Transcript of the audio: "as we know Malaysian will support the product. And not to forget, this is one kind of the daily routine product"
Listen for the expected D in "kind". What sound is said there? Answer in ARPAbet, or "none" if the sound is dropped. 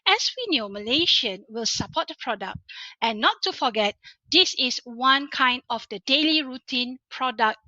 D